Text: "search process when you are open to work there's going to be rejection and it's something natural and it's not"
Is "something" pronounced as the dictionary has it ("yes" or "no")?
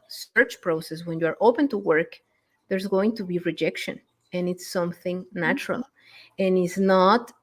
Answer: yes